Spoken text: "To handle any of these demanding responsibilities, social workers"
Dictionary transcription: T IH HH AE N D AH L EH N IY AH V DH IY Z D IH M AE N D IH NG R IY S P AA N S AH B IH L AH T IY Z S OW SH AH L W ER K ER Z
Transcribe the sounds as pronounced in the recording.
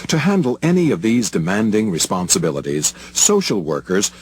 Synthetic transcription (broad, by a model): T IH HH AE N D L EH N IY AH V DH IY Z D IH M AE N D IH NG R IY S P AA N S AH B IH L AH T IY Z S OW SH L W ER K ER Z